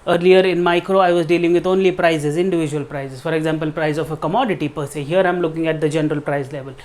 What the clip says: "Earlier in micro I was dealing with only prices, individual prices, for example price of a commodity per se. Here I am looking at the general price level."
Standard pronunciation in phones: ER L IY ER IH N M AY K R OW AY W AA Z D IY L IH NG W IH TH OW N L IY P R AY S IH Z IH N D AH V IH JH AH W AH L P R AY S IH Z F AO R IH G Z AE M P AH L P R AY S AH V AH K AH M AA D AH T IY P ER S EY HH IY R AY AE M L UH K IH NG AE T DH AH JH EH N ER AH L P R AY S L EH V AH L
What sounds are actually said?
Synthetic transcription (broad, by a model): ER L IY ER IH N M AY K R OW AY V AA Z D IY L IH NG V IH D OW N L IY P R AY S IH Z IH N D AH V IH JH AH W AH L P R AY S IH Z F AO R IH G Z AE M P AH L P R AY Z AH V AH K AH M AA D AH T IY P ER S EY HH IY R AY M L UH K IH NG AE T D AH JH EH N ER AH L P R AY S L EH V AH L